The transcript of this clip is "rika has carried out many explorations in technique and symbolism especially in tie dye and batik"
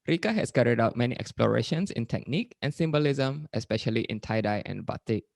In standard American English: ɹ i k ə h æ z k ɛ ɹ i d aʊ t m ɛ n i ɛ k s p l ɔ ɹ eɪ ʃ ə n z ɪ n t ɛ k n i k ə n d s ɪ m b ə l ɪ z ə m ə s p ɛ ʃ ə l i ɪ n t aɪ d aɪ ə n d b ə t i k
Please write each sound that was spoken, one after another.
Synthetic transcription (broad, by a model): ɹ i k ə h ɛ s k ɛ ɹ i d aʊ t m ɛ n i ɛ k s p l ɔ ɹ eɪ ʃ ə n s ɪ n t ɛ k n i k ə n s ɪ m b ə l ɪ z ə m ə s p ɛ ʃ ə l i ɪ n t aɪ d aɪ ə n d b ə t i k